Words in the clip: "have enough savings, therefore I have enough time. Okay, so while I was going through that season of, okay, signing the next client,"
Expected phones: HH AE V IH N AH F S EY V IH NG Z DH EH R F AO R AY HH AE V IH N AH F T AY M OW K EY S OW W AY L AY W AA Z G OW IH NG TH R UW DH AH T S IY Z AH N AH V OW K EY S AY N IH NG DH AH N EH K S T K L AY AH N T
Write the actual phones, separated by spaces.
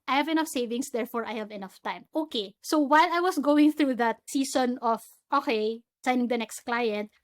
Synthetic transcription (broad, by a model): HH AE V IH N AH F S EY V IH NG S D EH R F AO R AY HH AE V IH N AH F T AY M OW K EY S OW W AY L AY W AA S G OW IH NG TH R UW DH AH T S IY S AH N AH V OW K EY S AY N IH NG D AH N EH K S T K L AY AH N T